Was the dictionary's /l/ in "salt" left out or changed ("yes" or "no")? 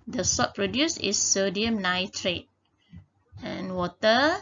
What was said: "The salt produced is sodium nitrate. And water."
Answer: yes